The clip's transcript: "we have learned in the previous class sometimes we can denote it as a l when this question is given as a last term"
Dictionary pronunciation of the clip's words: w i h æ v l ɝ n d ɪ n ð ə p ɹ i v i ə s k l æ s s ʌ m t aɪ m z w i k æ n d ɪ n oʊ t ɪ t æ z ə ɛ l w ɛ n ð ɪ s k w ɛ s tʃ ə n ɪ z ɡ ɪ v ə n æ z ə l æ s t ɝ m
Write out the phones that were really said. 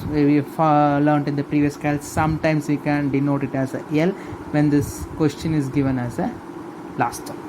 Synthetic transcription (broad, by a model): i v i f l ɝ n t ɪ n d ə p ɹ i v i ə s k ɑ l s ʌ m t aɪ m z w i k æ n d ɪ n oʊ t ɪ t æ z ə ɛ l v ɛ n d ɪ s k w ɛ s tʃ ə n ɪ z ɡ ɪ v ə n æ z ə l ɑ s t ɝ